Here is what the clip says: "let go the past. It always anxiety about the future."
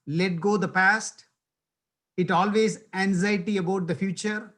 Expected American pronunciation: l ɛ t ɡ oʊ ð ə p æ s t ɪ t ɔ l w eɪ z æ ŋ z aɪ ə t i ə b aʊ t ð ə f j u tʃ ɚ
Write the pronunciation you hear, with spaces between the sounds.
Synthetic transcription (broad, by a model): l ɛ t ɡ oʊ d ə p æ s t ɪ t ɔ l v eɪ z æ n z aɪ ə t i ə b aʊ t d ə f j u tʃ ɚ